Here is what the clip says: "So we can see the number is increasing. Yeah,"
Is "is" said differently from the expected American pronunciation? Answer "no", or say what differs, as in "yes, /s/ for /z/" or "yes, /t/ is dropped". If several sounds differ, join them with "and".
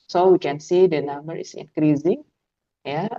yes, /s/ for /z/